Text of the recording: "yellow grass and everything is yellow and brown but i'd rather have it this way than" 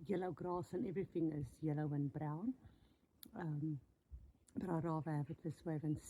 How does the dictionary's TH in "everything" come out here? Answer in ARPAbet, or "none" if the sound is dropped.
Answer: TH